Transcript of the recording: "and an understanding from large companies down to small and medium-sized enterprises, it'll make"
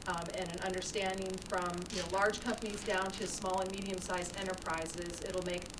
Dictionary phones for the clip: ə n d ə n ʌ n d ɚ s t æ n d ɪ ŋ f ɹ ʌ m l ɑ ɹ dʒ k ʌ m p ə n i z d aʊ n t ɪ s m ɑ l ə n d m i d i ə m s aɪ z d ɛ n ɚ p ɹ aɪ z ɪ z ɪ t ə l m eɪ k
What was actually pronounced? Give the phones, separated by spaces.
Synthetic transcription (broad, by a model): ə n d ə n ʌ n d ɚ s t æ n d ɪ ŋ f ɹ ʌ m l ɑ ɹ dʒ k ʌ m p ə n i z d aʊ n t ɪ s m ɑ l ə n m i d i ə m s aɪ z ɛ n ɚ p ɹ aɪ z ɪ z ɪ t l m eɪ k